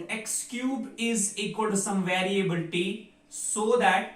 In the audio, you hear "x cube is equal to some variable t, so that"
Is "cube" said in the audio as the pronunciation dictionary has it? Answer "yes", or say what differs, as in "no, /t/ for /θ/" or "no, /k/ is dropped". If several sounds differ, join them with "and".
yes